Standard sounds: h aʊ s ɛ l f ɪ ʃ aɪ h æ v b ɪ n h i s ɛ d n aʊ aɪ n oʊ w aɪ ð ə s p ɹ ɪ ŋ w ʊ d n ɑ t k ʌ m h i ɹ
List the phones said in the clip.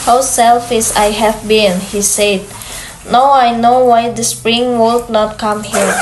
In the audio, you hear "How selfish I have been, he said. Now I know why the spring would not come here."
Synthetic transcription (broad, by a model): h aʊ s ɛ l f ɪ s aɪ h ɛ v b ɪ n h i s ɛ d n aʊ aɪ n oʊ w aɪ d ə s p ɹ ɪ ŋ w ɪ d n ɑ t k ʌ m h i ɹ